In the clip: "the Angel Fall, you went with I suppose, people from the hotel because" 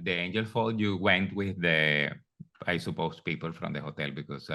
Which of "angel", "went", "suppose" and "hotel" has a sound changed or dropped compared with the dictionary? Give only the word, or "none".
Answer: suppose